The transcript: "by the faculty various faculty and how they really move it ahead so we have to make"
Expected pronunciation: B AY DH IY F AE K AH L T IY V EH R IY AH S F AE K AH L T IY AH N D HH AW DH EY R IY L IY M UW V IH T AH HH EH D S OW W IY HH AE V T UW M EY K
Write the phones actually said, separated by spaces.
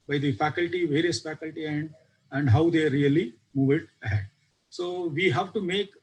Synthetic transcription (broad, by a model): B AY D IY F AE K AH L T IY V EH R IY AH S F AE K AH L T IY AH N D HH AW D EY R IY L IY M UW V IH T AH HH EH D S OW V IY HH AE V T UW M EY K